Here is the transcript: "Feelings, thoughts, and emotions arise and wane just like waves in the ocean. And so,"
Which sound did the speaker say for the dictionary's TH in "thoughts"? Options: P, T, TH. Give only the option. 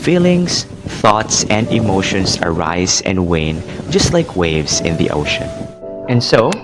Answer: TH